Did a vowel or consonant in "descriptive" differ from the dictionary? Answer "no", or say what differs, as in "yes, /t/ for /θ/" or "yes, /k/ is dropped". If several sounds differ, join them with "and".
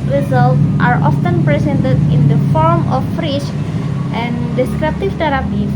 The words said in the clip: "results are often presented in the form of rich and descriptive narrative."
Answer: no